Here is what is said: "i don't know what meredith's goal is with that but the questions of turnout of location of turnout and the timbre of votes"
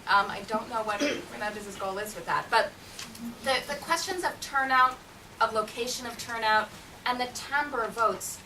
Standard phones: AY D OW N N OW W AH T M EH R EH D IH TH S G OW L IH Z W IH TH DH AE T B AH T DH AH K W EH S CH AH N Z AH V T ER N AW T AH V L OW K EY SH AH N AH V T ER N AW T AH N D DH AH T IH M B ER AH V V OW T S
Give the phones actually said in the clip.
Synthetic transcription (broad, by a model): AY D OW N N OW W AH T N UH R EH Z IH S G OW L IH Z W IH DH AE T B AH T DH AH K W EH S CH AH N Z AH V T ER N AW T AH V L OW K EY SH AH N AH V T ER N AW T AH N DH AH T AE M B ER AH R V OW T S